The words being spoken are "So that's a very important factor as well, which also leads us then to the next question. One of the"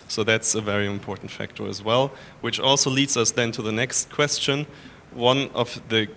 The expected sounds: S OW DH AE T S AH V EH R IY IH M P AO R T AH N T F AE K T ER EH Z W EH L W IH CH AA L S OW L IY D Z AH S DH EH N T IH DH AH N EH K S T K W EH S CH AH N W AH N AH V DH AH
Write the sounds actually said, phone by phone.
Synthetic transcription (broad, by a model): S OW DH AE T S AH V EH R IY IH M P AO R T N T F AE K T ER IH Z W EH L W IH CH AA L S OW L IY D Z AH S DH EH N T IH DH AH N EH K S T K W EH S CH AH N W AH N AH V DH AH